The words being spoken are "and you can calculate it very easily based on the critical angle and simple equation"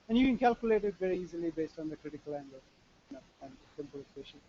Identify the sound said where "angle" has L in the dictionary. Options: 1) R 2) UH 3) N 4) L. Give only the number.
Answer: 3